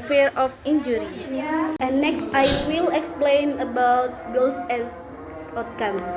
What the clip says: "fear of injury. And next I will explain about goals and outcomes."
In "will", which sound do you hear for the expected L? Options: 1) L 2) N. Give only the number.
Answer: 1